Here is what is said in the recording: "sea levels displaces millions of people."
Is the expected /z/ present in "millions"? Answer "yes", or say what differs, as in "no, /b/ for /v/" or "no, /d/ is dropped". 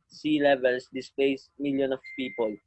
no, /z/ is dropped